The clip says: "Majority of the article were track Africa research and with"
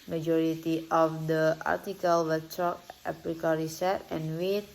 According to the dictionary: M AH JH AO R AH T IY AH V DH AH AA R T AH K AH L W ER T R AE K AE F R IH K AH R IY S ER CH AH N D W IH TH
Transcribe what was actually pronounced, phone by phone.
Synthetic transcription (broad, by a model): M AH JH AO R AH T IY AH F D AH AA R T AH K AH L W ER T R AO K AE P R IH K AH R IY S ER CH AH N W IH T